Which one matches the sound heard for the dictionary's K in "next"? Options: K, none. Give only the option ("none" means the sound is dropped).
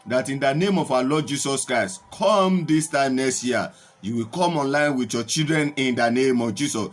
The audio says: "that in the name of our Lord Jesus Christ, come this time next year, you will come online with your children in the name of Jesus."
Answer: none